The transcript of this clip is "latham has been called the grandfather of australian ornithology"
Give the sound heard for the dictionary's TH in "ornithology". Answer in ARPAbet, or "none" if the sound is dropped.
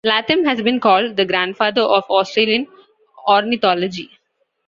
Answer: T